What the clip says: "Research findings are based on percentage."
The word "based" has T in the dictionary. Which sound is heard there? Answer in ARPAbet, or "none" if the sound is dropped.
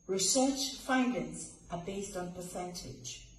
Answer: T